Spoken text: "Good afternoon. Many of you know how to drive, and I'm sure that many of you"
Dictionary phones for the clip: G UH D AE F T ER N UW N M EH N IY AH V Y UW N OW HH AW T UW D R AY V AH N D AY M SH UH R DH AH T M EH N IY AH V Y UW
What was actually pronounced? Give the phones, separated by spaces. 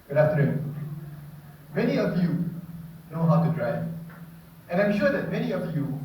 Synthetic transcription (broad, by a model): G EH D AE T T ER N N M EH N IY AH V Y UW N OW HH AW T UW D R AY AH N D AY M SH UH R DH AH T M EH N IY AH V Y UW